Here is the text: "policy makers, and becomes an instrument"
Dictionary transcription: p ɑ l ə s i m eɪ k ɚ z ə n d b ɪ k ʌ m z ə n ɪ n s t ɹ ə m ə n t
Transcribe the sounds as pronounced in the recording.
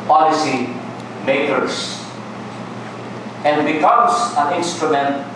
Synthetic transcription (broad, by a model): p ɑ l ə s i m eɪ k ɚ s ə n d b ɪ k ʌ m s ə n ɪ n s t ɹ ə m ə n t